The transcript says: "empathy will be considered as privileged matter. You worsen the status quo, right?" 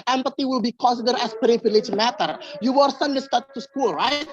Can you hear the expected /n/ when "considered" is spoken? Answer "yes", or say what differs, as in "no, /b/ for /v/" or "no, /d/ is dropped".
no, /n/ is dropped